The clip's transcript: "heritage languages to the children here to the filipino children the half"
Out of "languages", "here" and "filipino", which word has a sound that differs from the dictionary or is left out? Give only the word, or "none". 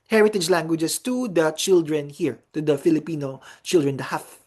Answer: languages